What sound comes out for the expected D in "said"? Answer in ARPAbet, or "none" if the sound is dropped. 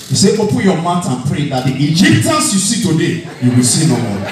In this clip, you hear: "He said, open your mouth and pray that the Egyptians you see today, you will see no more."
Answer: none